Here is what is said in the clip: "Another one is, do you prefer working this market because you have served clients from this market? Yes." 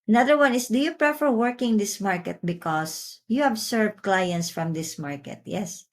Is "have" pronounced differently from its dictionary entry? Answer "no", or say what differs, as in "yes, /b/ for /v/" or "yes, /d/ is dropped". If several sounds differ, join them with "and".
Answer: yes, /b/ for /v/